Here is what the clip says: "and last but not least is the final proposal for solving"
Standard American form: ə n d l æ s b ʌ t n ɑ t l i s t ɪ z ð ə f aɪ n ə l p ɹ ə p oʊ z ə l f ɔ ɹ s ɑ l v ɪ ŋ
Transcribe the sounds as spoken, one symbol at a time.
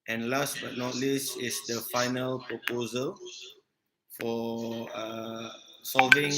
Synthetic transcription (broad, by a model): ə n l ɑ s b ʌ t n ɑ t l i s ɪ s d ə f aɪ n ə l p ɹ ə p oʊ z ə l f ɔ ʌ s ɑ l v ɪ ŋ